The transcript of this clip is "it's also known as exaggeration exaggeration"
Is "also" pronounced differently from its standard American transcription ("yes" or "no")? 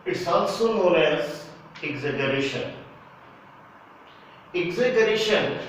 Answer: yes